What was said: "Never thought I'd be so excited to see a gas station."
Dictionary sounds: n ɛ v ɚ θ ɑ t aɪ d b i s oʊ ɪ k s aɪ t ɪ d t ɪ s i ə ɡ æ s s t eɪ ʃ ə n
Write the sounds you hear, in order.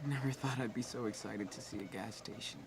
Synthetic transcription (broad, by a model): n ɛ v ɚ θ ɑ t aɪ d b i s oʊ ɪ k s aɪ t ɪ d t ɪ s i ə ɡ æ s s t eɪ ʃ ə n